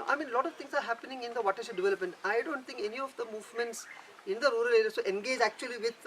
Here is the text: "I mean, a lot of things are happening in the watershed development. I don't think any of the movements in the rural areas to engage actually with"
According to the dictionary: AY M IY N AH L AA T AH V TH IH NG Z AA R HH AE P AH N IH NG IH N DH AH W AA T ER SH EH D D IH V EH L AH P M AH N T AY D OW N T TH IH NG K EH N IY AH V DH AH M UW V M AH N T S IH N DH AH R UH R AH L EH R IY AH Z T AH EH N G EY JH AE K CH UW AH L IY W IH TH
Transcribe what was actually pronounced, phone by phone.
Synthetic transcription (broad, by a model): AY M IY N L AA T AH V T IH NG S AA R HH AE P AH N IH NG IH N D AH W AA T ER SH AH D D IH V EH L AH P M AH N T AY D OW N T T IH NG K EH N IY AH V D AH M UW V M AH N T S IH N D AH R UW R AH L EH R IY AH T AH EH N G EY JH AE K CH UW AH L IY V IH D